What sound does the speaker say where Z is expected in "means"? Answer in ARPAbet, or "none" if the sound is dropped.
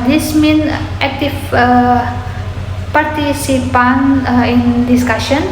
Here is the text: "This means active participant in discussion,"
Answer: none